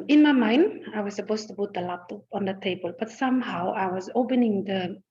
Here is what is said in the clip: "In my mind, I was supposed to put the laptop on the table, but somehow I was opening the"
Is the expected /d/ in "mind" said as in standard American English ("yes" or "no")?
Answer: yes